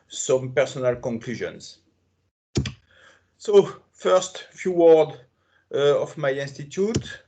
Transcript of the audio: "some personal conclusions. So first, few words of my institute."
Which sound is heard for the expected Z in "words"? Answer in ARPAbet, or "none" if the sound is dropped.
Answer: none